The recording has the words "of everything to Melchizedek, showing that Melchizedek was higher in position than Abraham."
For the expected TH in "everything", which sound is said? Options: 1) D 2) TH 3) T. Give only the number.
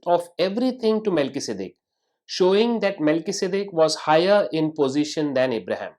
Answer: 3